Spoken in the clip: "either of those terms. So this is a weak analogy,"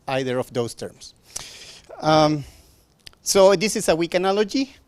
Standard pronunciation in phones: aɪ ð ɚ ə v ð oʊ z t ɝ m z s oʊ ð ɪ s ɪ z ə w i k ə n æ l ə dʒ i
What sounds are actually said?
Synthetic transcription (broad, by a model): aɪ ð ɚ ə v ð oʊ s t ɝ m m s oʊ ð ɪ s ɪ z ə w i k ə n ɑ l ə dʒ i